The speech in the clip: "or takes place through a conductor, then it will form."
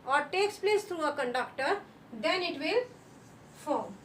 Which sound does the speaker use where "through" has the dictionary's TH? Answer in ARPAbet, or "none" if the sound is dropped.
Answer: T